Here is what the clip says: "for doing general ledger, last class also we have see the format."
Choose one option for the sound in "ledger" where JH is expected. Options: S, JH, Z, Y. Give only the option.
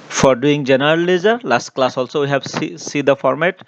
Z